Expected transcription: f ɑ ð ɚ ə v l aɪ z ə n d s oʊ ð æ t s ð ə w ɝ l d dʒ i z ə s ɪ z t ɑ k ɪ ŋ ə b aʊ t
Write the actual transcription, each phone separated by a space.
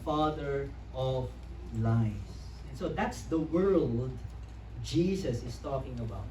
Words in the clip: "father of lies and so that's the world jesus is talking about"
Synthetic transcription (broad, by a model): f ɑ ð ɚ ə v l aɪ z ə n s oʊ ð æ t s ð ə w ɝ l d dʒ i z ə s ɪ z t ɑ k ɪ ŋ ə b aʊ t